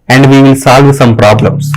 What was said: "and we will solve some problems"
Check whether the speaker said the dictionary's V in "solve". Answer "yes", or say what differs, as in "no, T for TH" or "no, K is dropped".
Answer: yes